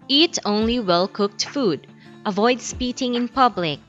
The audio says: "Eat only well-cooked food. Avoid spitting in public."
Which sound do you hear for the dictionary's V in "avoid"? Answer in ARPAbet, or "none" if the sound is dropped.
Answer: V